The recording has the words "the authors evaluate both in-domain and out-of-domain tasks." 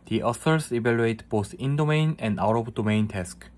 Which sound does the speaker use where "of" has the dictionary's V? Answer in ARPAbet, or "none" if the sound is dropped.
B